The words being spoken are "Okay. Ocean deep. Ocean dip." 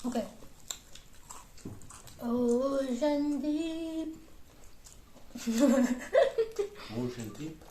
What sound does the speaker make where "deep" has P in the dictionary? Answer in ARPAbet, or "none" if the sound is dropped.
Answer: none